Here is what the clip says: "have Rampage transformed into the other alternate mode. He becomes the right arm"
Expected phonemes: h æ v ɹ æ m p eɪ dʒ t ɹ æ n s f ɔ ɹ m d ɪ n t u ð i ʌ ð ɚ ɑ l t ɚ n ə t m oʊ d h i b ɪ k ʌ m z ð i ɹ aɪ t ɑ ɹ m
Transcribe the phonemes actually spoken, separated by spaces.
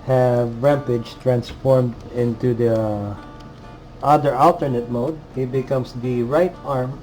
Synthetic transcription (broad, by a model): h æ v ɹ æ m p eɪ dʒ t ɹ æ n s f ɔ ɹ m d ɪ n t u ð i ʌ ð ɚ ɑ l t ɚ n ə t m oʊ d h i b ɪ k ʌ m s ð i ɹ aɪ t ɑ ɹ m